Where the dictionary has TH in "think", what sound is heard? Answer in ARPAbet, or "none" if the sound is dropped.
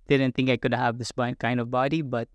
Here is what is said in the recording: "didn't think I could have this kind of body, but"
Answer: T